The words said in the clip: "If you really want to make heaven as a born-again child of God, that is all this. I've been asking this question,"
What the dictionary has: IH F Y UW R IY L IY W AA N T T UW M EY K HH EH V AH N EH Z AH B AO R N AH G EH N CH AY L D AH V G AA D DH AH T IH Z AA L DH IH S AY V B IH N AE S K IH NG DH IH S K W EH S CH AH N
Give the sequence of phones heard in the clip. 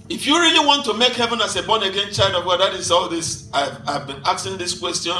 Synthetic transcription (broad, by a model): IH F Y UW R IY L IY W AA N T T UW M EY K HH EH V AH N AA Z AH B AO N AH G EH N CH AY L D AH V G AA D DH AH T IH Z AA L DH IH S AY V B IH N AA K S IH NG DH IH S K W EH S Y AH N